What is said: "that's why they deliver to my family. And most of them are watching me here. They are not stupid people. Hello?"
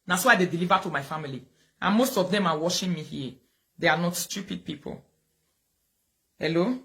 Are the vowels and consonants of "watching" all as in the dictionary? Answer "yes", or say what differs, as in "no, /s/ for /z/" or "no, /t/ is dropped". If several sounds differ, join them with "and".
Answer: no, /ʃ/ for /tʃ/